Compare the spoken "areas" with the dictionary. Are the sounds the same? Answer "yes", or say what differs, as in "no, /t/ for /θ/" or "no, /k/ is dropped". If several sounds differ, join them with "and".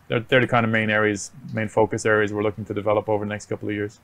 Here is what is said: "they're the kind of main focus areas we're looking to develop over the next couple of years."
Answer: yes